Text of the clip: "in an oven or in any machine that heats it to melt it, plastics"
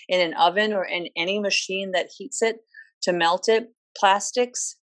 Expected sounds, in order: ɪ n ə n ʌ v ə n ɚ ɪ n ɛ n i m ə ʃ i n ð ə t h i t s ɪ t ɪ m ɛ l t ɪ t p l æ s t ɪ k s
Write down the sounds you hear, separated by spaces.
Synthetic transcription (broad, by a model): ɪ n ə n ʌ v ə n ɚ ɪ n ɛ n i m ə ʃ i n ð ə t h i t s ɪ t ɪ m ɛ l t ɪ t p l æ s t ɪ k s